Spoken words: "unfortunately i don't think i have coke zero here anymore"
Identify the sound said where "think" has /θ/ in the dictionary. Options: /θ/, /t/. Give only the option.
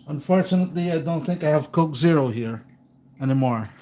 /θ/